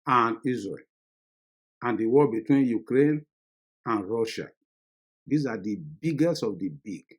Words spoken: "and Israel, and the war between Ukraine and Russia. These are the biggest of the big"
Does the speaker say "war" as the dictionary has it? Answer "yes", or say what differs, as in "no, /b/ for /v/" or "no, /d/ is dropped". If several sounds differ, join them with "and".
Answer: no, /l/ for /ɹ/